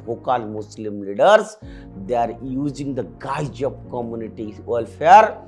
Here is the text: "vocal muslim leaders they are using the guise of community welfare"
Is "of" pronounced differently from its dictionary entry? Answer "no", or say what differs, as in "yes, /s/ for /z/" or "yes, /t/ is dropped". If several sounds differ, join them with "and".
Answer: yes, /p/ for /v/